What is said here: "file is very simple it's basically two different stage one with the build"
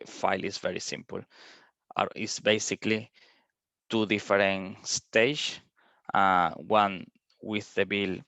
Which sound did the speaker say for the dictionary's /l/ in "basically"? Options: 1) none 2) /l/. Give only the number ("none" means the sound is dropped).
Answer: 2